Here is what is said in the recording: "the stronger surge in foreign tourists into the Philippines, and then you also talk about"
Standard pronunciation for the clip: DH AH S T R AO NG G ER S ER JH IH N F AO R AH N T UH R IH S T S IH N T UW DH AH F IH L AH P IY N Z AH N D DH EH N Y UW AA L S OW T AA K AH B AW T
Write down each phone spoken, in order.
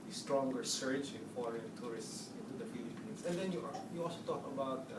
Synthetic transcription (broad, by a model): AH S T R AO NG G ER S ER CH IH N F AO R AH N T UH R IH S T S IH N T UW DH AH F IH L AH P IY N S AH N D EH N Y UW AA L S OW T AA K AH B AW T